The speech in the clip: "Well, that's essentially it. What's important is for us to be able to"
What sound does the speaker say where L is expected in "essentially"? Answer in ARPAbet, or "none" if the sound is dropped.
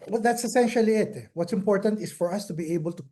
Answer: L